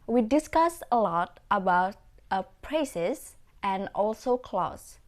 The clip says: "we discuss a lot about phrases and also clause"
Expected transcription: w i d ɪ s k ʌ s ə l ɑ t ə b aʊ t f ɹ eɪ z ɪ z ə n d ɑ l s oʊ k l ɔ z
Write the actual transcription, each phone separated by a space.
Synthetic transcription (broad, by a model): w i d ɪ s k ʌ s ə l ɑ t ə b aʊ t p ɹ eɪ s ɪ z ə n ɑ l s oʊ k l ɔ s